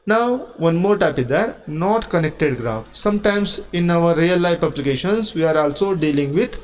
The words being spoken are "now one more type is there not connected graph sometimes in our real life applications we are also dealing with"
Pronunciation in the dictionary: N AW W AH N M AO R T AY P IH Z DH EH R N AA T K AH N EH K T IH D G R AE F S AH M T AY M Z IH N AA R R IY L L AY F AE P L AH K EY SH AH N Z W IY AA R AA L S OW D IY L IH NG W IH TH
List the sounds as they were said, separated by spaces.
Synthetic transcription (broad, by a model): N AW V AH N M AO R T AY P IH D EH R N AA T K AH N EH K T IH D G R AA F S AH M T AY M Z IH N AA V R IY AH L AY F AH B L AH K EY SH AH N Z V IY AA R AA L S OW D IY L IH NG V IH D